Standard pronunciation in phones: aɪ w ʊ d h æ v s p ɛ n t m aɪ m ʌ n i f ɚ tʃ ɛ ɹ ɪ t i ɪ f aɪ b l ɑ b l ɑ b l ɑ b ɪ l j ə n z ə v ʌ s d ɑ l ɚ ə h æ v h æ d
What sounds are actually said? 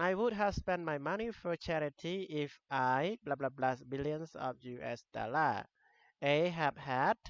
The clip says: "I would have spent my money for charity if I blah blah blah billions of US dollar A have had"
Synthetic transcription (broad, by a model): aɪ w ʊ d h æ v s p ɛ n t m aɪ m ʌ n i f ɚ tʃ ɛ ɹ ɪ t i ɪ f aɪ b l ɑ b l ɑ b l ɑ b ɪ l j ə n s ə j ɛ s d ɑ l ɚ ə h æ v h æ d